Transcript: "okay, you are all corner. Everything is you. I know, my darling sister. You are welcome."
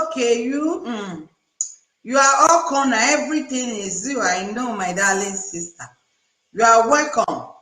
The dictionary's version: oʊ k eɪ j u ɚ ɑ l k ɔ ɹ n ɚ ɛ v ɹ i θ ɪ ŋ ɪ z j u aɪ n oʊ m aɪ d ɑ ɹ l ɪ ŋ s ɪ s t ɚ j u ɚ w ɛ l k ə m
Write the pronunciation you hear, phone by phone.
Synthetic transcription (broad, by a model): k eɪ j u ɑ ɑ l k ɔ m n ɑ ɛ v ɹ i t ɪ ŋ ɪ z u aɪ n oʊ m aɪ d ɑ l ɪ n s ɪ s t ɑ j u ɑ w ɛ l k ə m